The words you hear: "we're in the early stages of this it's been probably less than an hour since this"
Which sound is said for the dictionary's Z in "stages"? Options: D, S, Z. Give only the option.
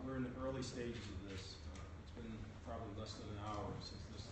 Z